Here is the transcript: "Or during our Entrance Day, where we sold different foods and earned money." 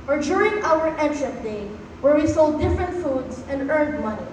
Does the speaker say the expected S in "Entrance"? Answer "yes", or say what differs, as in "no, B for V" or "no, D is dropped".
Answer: no, S is dropped